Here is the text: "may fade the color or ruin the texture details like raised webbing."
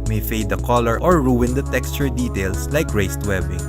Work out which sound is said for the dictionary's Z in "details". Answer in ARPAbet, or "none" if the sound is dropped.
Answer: S